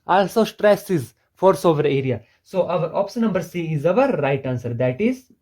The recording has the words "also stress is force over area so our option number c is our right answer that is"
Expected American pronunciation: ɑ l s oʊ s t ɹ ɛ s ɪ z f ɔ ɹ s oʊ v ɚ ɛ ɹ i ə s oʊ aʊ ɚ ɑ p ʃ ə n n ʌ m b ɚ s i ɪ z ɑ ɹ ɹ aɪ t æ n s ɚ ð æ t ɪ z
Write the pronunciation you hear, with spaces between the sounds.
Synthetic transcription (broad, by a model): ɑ l s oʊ s t ɹ ɛ s ɪ z f ɔ ɹ s oʊ v ɚ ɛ ɹ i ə s oʊ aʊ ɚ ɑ p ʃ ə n n ʌ m b ɚ s i ɪ z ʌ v ɹ aɪ t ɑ n s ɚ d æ t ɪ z